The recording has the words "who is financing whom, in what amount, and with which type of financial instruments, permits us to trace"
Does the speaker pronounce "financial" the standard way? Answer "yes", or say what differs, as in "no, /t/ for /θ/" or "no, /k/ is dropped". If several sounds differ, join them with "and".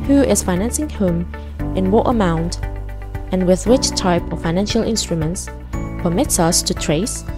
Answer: yes